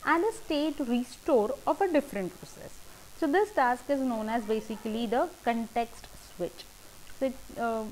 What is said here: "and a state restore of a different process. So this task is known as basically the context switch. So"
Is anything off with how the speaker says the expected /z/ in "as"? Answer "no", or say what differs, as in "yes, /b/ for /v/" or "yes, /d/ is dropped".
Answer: no